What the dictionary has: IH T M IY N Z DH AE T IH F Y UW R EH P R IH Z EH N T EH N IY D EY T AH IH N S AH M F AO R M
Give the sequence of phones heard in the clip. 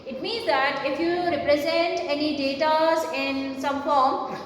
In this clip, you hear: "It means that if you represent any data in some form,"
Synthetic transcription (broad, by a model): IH T M IY N Z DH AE T IH F Y UW R EH P R IH Z EH N T EH N IY D EY T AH IH N S AH M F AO R M